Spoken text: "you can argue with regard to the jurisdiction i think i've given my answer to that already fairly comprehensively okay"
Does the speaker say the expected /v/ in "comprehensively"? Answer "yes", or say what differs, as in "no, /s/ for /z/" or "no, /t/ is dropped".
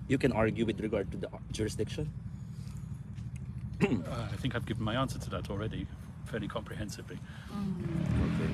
yes